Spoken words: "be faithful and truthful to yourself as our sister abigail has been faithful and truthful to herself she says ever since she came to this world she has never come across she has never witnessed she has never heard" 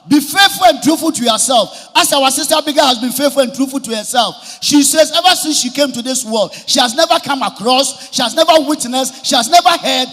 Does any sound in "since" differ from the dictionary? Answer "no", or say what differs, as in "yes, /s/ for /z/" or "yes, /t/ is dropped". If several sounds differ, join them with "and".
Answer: no